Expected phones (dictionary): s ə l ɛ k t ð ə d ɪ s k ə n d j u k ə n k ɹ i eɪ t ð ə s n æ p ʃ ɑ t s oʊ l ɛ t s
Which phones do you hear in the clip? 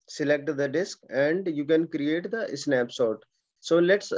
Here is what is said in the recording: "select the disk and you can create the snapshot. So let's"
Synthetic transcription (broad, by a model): s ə l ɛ k t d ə d ɪ s k ə n d j u k ə n k ɹ i eɪ t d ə s n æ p s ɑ t s oʊ l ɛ t s